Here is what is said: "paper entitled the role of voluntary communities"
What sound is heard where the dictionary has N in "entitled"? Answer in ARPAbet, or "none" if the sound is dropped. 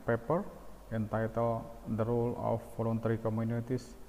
N